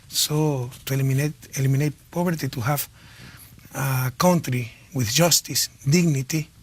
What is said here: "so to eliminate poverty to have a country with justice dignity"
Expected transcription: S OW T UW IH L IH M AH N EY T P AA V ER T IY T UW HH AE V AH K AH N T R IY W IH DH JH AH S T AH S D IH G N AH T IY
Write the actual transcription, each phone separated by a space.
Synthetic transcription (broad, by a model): S OW T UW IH L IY M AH N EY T P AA B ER T IY T UW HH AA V AH K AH N T R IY W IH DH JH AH S T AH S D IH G N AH T IY